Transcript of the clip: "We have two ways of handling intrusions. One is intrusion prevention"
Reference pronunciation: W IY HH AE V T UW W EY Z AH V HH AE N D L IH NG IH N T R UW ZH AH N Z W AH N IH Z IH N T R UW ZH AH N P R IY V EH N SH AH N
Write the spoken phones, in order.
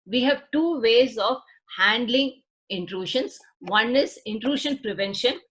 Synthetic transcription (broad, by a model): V IY HH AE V T UW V EY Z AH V HH AE N D L IH NG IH N T R UW SH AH N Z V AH N IH Z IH N T R UW SH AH N P R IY V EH N SH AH N